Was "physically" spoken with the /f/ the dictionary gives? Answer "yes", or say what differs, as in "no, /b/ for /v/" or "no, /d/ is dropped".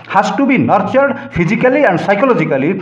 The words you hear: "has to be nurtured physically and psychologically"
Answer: no, /p/ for /f/